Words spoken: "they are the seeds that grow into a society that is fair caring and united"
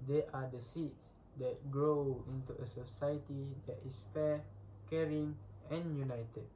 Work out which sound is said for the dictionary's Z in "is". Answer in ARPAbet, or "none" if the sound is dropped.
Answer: S